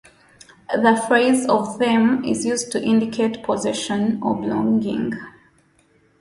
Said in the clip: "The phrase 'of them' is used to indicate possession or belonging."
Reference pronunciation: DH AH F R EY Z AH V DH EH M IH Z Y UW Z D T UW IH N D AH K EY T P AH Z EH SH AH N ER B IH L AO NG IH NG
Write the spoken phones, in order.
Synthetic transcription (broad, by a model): DH AH F R EY Z AH V DH EH M IH Z Y UW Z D T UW IH N D AH K EY T P AH Z EH SH AH N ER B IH L AO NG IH NG